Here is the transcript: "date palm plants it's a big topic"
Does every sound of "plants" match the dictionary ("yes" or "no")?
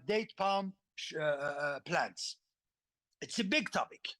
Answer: yes